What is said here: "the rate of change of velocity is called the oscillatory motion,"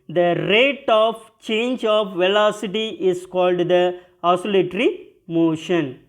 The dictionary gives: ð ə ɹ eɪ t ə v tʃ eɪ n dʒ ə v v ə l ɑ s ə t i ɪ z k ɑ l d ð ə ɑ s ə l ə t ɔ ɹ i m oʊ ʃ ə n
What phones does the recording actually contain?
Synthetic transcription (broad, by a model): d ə ɹ eɪ t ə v tʃ eɪ n dʒ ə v v ə l ɑ s ə t i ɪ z k ɑ l d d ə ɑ s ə l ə t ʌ ɹ i m oʊ ʃ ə n